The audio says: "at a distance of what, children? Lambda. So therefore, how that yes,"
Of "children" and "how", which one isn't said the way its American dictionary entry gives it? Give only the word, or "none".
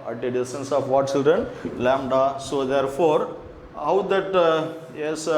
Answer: none